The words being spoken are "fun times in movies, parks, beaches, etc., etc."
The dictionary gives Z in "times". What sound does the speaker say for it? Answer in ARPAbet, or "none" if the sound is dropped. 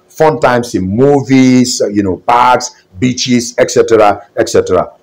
S